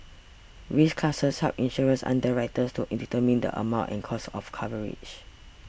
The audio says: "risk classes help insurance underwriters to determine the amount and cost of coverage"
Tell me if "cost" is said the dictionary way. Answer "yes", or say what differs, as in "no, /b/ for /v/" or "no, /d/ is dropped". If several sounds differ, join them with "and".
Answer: no, /t/ is dropped